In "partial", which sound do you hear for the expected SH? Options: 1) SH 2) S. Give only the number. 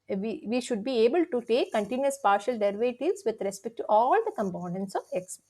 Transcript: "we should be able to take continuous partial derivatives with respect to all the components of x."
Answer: 1